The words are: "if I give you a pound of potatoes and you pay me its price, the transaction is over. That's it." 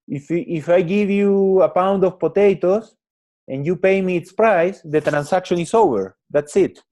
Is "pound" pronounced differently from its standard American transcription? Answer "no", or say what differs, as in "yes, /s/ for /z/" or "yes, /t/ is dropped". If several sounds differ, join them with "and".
no